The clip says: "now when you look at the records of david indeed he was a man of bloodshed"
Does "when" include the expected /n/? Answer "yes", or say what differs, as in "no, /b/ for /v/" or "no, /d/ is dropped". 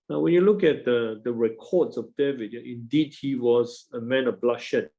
yes